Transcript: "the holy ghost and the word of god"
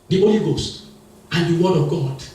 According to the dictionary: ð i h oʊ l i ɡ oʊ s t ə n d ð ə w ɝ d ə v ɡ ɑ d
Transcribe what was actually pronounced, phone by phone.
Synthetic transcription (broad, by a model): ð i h oʊ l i ɡ oʊ s t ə n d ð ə w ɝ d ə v ɡ ɑ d